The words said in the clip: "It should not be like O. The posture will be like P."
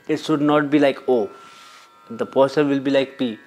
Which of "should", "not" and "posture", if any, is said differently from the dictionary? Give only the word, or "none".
posture